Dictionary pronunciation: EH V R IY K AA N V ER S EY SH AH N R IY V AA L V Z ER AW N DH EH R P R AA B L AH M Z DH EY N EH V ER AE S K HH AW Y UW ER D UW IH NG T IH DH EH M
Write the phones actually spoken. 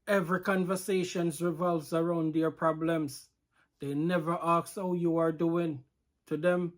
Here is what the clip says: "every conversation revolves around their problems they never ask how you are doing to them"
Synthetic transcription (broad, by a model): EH V R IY K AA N V ER S EY SH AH N R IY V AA L V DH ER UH N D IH R P R AA B L AH M Z DH EY N EH V ER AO K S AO Y UW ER D UW IH NG T IH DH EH M